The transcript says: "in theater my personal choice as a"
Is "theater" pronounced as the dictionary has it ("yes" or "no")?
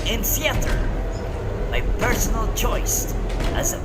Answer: no